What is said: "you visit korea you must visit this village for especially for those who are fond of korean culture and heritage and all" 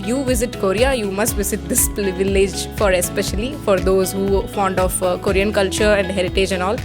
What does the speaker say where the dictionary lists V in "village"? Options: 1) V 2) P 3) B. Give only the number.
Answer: 1